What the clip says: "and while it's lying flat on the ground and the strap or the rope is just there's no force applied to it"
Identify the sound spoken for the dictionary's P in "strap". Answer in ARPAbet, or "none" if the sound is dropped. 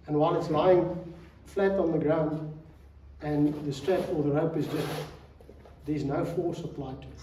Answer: F